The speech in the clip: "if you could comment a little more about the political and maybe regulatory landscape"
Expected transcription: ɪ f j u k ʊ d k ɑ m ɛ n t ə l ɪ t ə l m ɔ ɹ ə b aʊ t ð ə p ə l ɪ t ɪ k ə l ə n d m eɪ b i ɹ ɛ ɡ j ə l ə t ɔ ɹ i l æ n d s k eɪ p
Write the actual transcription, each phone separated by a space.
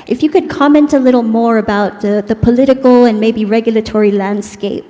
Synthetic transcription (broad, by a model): ɪ f j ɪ k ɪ d k ɑ m ɛ n t ə l ɪ t l m ɔ ɹ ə b aʊ t ð ə p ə l ɪ t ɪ k l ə n m eɪ b i ɹ ɛ ɡ j l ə t ɔ ɹ i l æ n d s k eɪ p